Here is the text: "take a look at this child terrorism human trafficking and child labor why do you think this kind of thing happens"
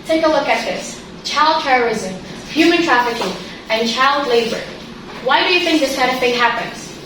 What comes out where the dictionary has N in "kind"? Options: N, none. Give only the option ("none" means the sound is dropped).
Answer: none